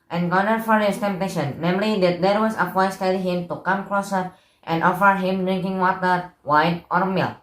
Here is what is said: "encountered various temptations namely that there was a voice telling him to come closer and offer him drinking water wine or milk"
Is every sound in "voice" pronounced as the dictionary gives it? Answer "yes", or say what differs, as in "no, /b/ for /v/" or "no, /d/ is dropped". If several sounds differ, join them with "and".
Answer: no, /w/ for /v/